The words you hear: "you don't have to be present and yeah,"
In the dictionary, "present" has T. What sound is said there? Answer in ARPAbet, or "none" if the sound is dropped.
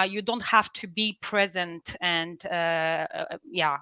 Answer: T